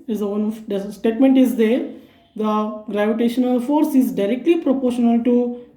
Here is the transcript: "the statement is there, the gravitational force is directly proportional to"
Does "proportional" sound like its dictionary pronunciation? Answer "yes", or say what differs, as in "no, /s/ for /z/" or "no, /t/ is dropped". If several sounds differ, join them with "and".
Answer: yes